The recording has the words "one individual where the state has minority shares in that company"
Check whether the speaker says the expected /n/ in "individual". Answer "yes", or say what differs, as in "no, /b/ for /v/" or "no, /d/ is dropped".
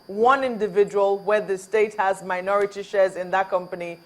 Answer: yes